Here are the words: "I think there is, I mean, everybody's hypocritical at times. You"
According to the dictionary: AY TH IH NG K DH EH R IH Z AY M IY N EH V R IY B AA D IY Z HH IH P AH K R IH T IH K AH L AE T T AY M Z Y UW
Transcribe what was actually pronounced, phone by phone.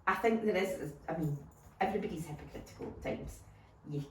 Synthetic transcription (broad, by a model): AY TH IH NG K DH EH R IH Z AY M IY N EH V R IY B AA D IY Z HH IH P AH K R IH T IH K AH L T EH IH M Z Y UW